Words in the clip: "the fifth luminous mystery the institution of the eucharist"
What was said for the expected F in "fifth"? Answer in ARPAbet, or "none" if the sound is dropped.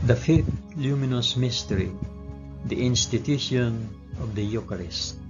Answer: F